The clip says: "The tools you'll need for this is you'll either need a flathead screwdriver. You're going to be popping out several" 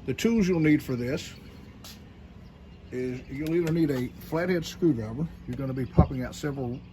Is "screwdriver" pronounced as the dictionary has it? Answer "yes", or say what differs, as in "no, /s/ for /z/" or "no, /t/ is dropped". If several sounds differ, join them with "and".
no, /b/ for /v/